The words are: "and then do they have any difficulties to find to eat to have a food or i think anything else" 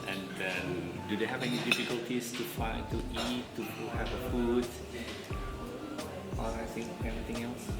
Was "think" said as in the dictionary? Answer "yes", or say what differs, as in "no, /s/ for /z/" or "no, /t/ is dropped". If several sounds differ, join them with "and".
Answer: no, /k/ is dropped